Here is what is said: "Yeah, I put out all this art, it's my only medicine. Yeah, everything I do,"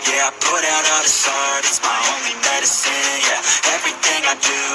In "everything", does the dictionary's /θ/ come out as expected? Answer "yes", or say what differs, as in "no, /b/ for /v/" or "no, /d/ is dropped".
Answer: yes